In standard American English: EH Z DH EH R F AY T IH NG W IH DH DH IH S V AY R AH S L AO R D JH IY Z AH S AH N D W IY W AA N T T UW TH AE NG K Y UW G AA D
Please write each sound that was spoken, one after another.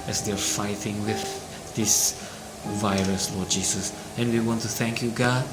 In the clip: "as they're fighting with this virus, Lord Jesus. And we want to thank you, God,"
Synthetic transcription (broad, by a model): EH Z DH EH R F AY T IH NG W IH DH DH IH S V AY R AH S L AO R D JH IY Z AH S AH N W IY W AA N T T UW TH AE NG K Y UW G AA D